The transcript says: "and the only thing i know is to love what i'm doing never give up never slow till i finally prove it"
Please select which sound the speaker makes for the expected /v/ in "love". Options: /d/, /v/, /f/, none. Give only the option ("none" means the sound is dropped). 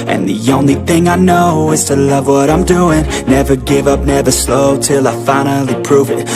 /v/